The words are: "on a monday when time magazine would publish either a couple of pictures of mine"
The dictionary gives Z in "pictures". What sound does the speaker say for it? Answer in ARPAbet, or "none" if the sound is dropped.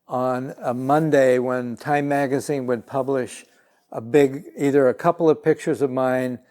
Z